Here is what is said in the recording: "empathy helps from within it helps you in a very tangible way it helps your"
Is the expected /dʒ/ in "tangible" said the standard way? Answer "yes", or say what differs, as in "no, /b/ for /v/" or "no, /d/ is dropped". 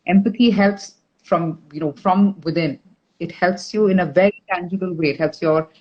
yes